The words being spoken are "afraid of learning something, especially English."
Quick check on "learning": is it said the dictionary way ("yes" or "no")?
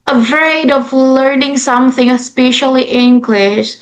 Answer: yes